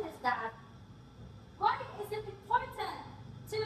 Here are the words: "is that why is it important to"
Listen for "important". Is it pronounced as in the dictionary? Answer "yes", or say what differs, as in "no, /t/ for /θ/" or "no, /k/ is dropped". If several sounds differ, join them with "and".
no, /m/ is dropped